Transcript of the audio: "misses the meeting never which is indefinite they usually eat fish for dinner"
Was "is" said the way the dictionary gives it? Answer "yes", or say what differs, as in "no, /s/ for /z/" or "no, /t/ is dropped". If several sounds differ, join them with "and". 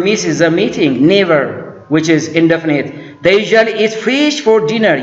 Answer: yes